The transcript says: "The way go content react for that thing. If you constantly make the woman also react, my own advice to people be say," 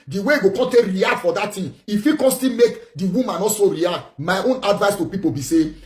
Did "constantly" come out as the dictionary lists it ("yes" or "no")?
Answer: no